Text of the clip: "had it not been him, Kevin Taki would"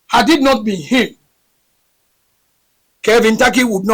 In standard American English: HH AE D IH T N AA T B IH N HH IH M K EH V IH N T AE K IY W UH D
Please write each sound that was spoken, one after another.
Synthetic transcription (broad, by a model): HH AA D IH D N AA T B IH N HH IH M K EH V IH N T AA K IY W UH D